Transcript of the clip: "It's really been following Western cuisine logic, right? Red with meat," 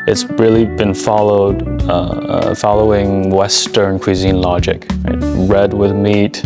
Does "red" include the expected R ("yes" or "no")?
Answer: yes